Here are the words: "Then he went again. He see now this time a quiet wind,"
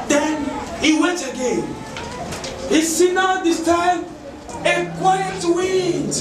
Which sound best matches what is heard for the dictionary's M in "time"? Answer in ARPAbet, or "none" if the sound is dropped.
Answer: none